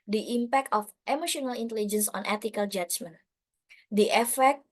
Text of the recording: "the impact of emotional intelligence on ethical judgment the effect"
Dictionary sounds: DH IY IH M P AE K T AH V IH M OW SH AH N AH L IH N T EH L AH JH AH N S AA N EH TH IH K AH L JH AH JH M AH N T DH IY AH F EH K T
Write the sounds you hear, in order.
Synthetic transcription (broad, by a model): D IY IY M P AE K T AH F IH M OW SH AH N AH L IH N T EH L AH JH AH N S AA N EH T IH K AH L JH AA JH M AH N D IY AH F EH K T